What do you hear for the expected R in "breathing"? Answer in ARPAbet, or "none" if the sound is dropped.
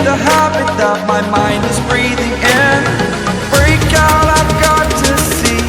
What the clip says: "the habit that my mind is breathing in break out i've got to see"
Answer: R